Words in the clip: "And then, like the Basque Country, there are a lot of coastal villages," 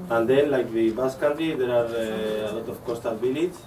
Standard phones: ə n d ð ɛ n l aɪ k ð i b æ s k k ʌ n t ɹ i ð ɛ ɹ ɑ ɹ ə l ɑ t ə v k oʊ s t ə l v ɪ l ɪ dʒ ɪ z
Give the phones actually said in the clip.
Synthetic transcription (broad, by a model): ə n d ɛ n l aɪ k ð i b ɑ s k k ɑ t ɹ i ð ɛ ɹ ɑ ɹ ə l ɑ t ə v k oʊ s t ə l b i l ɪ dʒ